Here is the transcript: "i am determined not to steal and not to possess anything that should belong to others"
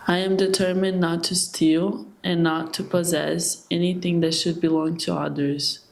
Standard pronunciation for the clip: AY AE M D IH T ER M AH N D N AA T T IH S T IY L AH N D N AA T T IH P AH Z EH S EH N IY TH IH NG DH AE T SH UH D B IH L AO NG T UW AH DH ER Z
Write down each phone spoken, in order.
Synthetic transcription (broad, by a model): AY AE M D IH T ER M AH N N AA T T IH S T IY L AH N N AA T T IH P AH Z EH S EH N IY TH IH NG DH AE T SH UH D B IH L AO NG T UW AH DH ER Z